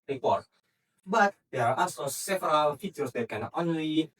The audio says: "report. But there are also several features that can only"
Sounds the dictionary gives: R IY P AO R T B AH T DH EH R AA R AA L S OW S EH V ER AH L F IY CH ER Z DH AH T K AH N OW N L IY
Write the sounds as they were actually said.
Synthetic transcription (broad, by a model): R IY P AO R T B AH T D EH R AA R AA S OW S EH V ER AH L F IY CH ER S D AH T K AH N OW N L IY